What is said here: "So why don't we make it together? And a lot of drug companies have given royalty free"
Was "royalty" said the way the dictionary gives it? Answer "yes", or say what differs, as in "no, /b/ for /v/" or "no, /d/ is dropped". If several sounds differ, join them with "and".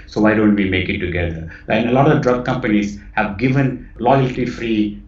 no, /l/ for /ɹ/